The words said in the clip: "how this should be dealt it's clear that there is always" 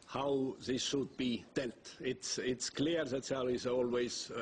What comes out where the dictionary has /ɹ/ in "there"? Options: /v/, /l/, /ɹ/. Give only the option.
/l/